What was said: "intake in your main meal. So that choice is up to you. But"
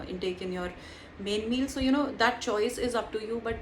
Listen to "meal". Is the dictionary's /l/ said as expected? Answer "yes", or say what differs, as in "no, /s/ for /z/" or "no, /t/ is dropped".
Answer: yes